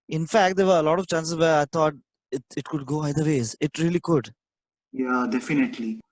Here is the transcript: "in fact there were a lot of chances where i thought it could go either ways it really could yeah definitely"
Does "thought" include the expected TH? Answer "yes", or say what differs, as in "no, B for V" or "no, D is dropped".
no, T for TH